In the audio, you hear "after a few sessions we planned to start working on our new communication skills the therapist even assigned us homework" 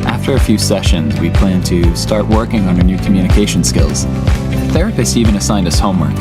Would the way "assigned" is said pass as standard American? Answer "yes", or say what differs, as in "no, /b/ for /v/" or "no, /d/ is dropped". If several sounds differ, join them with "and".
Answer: yes